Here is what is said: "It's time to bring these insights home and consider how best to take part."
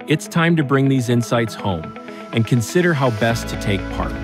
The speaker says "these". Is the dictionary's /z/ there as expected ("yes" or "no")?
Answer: yes